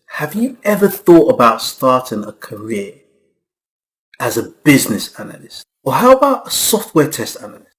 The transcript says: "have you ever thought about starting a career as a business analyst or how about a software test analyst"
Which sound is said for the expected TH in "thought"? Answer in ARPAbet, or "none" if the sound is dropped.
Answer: TH